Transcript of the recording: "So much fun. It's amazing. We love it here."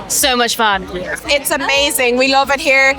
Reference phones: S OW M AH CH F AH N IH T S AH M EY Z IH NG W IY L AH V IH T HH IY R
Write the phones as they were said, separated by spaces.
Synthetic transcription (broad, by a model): S OW M AH CH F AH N IH T S AH M EY Z IH NG W IY L AH V IH T HH IY R